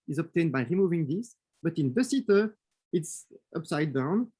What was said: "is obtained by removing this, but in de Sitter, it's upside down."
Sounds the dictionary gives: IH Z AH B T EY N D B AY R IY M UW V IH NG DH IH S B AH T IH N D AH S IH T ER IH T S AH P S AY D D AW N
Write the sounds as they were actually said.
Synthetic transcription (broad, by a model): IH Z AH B T EY N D B AY R IY M UW V IH NG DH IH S B AH T IH N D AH S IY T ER IH T S AH P S AY D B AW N